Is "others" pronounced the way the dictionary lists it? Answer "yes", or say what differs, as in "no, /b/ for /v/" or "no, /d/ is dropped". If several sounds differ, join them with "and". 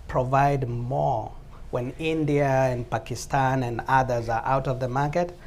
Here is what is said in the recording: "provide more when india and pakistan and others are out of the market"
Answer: yes